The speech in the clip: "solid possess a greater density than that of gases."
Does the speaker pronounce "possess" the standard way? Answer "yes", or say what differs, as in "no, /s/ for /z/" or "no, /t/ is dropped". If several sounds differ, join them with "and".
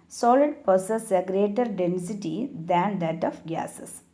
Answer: no, /s/ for /z/